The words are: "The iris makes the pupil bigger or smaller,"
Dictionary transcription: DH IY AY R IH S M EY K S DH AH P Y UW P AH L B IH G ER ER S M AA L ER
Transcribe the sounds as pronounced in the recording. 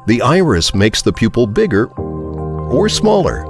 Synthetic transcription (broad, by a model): DH IY AY R IH S M EY K S DH AH P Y UW P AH L B IH G ER ER S M AA L ER